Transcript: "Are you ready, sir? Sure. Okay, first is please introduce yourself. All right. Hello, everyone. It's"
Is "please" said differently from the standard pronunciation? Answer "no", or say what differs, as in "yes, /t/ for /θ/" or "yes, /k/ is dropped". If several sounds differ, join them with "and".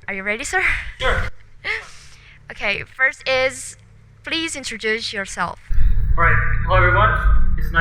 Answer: no